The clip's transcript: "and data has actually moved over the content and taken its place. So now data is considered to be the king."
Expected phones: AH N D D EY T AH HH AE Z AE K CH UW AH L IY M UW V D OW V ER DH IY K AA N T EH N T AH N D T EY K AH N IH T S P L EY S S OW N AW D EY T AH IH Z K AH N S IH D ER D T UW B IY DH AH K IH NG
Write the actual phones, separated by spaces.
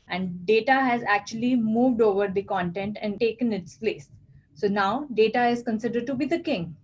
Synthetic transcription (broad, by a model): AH N D D EY T AH HH AE Z AE K CH UW AH L IY M UW V D OW V ER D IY K AA N T EH N T AH N D T EY K AH N IH T S P L EY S S OW N AW D EY T AH IH Z K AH N S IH D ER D T UW B IY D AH K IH NG